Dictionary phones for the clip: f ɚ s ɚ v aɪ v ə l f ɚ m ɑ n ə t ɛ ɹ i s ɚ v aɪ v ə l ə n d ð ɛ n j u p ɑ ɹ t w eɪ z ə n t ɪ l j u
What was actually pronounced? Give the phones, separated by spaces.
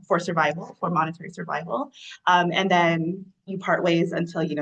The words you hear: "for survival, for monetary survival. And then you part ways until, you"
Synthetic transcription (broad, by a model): f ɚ s ɚ v aɪ v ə l f ɚ m ɑ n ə t ɛ ɹ i s ɚ v aɪ v ə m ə n ð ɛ n j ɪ p ɑ ɹ t w eɪ z ə n t ɪ l j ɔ